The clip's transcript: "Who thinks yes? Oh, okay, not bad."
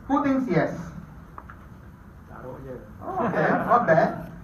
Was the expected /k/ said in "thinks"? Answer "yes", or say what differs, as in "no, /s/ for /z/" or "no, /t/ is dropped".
no, /k/ is dropped